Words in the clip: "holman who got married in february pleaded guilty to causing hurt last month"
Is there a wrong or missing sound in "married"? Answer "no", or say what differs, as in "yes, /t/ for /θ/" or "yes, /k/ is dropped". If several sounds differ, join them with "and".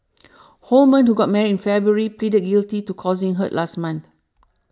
yes, /d/ is dropped